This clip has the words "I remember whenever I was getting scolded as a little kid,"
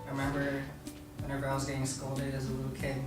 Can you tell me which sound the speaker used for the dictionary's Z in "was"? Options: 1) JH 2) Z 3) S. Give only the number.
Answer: 2